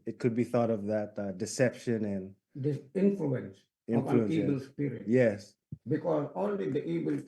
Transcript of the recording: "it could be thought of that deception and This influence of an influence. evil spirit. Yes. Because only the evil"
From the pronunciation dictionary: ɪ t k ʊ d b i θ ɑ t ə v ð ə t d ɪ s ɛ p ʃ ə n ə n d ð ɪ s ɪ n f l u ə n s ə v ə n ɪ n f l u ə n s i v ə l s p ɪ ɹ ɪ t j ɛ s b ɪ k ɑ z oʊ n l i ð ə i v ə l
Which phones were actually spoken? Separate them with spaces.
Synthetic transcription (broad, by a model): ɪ t k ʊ d b i θ ɑ t ə v ð ə t d ɪ s ɛ p ʃ ə n ə n d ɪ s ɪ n f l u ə n s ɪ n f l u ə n i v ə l s p ɪ ɹ ɪ t j ɛ s b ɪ k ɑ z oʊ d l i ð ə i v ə l